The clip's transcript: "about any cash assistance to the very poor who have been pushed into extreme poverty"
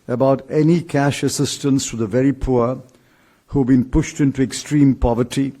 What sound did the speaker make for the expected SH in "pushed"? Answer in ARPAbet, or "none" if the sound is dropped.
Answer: SH